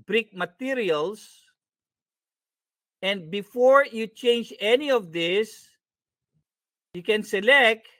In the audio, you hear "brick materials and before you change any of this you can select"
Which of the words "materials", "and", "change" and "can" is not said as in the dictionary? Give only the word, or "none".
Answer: materials